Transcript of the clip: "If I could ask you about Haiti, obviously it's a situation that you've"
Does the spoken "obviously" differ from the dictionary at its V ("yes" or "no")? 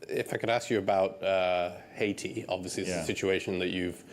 no